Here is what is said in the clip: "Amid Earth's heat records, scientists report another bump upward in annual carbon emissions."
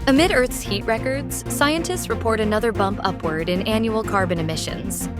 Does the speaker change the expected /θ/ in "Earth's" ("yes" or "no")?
no